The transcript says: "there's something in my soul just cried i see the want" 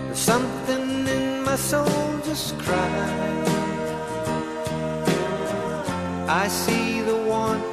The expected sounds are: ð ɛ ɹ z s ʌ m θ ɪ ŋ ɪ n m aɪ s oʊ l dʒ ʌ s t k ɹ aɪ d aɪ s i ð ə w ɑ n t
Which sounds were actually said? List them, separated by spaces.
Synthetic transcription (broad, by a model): s ʌ m θ ɪ ŋ ɪ n m aɪ s oʊ l dʒ ʌ s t k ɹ aɪ aɪ s i ð ə w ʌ n